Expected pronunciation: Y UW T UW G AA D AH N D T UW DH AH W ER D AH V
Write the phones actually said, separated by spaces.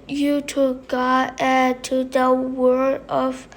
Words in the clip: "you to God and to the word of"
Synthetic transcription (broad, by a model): Y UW T UW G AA AH T UW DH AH W ER D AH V